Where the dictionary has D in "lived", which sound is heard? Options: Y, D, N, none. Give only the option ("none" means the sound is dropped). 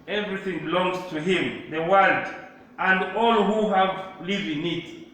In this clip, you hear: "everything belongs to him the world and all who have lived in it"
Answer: none